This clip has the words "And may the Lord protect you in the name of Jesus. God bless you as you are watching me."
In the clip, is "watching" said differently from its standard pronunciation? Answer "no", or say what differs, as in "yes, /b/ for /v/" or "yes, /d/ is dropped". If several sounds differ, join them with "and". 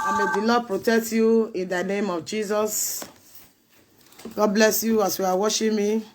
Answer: yes, /ʃ/ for /tʃ/